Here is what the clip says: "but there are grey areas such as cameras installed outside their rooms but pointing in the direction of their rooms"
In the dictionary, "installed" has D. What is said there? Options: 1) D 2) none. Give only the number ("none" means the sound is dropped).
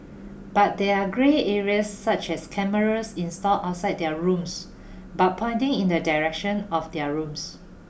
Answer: 2